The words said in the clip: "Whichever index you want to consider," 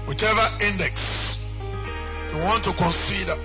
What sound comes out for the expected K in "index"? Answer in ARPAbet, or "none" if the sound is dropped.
K